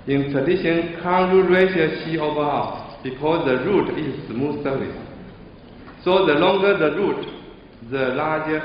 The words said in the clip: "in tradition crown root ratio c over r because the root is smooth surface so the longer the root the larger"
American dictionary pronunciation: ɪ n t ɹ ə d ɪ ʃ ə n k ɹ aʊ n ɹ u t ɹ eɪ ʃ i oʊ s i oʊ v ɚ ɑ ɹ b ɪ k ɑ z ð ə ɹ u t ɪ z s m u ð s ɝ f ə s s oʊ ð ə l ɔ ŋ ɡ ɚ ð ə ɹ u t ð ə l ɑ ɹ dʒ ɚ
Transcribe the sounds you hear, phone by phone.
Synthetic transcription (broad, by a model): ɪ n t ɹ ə d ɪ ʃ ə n k aʊ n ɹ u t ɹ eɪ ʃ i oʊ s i oʊ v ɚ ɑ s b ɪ k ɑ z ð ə ɹ u t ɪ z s m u s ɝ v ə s s oʊ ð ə l ɔ ŋ ɡ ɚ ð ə ɹ u t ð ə l ɑ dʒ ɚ